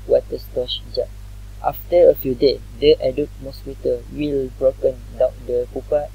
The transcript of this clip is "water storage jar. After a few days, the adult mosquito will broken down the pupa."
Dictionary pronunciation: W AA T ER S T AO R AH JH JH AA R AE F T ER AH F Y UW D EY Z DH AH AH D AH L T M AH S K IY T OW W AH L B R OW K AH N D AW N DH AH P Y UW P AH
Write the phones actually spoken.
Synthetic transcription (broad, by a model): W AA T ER S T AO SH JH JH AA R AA F T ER AH F Y UW D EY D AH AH D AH T M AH S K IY T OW W AH L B R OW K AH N D AW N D AH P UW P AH